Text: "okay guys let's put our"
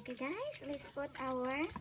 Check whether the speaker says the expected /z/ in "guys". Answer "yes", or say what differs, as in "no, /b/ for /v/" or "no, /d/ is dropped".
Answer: no, /s/ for /z/